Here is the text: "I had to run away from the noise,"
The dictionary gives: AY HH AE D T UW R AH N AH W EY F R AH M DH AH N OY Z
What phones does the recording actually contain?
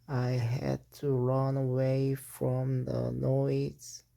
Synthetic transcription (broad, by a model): AY HH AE D T UW R AH N AH W EY F R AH M DH AH N OY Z